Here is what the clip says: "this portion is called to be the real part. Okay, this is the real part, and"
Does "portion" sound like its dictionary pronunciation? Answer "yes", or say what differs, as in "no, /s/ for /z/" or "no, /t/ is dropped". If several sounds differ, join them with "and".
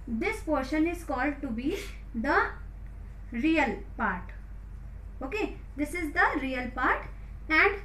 yes